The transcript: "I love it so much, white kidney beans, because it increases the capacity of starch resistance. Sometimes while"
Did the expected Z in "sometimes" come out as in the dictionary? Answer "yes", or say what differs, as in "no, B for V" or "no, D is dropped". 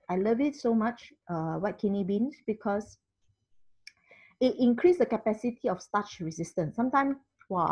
no, Z is dropped